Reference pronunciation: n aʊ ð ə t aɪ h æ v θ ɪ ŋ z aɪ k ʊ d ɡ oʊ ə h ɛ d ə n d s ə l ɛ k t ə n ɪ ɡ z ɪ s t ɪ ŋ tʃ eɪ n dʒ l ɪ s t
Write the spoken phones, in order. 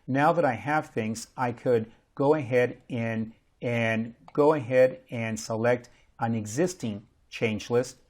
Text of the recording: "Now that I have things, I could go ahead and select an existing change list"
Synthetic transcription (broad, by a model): n aʊ ð ə t aɪ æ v θ ɪ ŋ z aɪ k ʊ d ɡ oʊ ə h ɛ d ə n d s ə l ɛ k t ə n ɪ ɡ z ɪ s t ɪ ŋ tʃ eɪ n dʒ l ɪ s t